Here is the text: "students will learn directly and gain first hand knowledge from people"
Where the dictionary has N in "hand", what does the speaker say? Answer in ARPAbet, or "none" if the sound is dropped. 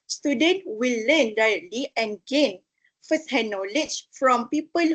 none